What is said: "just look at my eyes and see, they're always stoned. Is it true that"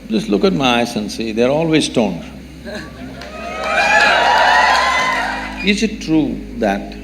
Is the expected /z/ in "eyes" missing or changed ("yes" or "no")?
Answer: yes